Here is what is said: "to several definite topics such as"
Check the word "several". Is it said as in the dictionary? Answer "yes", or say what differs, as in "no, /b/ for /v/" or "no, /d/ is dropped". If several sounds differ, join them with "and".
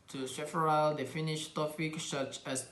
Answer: no, /f/ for /v/